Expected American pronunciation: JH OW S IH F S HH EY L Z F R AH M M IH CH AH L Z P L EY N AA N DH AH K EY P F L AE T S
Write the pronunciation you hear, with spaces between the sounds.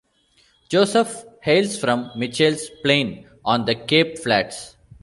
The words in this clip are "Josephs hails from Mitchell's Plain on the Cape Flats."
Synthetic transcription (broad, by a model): JH OW S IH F HH EY L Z F R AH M M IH CH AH L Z P L EY N AA N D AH K EY P F L AE T S